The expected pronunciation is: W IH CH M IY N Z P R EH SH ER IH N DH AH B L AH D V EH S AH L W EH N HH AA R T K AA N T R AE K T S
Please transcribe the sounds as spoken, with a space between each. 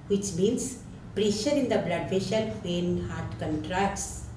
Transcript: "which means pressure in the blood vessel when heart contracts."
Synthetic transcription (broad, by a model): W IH CH M IY N S P R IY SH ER IH N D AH B L AH D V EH SH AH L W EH N HH AA R T K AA N T R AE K T S